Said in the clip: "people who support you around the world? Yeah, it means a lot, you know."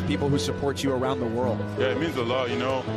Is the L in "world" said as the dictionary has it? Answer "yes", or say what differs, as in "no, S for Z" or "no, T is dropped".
yes